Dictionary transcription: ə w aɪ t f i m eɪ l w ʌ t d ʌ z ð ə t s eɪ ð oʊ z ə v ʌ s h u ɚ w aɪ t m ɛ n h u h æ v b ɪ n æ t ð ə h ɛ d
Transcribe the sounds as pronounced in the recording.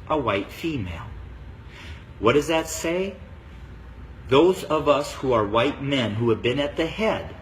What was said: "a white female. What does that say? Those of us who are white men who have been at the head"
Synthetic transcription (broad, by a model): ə w aɪ t f i m eɪ l w ʌ t d ʌ z ð ə t s eɪ ð oʊ z ə v ʌ s h u ɚ w aɪ t m ɛ n h u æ v b ɪ n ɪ t ð ə h ɛ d